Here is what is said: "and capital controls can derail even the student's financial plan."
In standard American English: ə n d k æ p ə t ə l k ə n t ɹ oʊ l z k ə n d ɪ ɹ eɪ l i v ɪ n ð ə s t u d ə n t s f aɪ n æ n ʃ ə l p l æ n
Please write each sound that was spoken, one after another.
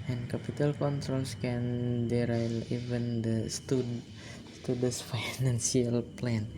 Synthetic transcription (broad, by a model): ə n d k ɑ p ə t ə l k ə n t ɹ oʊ l s k ə n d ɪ ɹ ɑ l i v ɪ n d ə s t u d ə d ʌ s f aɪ n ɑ n s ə l p l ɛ n